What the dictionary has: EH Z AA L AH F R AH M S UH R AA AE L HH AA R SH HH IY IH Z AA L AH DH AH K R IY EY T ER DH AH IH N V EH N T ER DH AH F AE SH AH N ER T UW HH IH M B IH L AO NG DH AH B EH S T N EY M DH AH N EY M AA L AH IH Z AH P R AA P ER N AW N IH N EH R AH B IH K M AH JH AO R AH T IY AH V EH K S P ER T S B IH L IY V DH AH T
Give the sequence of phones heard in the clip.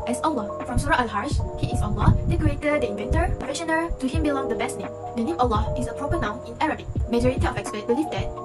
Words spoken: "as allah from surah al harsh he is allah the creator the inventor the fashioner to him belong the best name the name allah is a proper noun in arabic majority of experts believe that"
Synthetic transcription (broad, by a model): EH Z AA L AH F R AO M S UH R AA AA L HH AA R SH HH IY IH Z AA L AH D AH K R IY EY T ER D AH IH N V EH N T ER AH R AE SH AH N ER T UW HH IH M B IH L AO NG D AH B EH S T N EY M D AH N EY M AA L AH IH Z AH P R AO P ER N AW N IH N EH R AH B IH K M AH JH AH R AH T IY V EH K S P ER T B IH L IY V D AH T